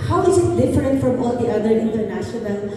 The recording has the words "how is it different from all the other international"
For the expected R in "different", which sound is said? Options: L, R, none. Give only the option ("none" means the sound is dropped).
R